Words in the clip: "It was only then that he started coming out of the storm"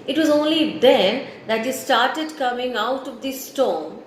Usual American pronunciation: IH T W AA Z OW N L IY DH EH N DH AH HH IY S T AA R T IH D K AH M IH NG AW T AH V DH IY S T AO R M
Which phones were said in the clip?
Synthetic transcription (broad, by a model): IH T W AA Z OW N L IY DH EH N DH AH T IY S T AA R T IH D K AH M IH NG AW T AH V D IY S T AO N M